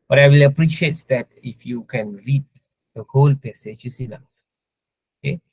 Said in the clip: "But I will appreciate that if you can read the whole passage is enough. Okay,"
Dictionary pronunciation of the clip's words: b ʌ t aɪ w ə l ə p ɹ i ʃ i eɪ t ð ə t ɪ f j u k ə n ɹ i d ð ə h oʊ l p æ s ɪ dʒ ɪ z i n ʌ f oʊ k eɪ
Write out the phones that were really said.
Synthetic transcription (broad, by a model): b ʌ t aɪ w ə l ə p ɹ i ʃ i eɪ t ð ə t ɪ f j u k ə n ɹ i d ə h oʊ l p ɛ s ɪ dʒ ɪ s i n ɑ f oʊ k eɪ